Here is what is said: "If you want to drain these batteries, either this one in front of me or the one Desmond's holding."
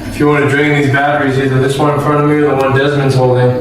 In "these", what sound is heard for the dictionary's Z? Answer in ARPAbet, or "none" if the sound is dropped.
Z